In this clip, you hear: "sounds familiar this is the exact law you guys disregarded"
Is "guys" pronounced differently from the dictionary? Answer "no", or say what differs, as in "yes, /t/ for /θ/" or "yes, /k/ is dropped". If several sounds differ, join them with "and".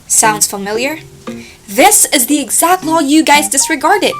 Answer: no